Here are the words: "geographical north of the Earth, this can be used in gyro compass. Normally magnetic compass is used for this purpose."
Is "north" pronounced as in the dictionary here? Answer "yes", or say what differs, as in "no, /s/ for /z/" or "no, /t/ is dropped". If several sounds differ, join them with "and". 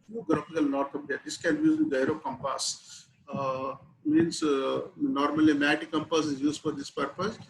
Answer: no, /t/ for /θ/